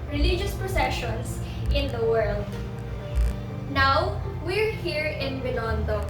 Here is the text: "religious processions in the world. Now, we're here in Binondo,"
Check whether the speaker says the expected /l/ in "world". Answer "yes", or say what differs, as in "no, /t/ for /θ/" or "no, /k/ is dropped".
yes